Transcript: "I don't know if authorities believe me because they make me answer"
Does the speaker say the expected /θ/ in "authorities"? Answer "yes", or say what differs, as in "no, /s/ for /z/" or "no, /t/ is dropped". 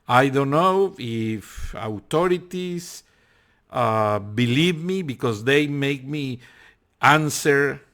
no, /t/ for /θ/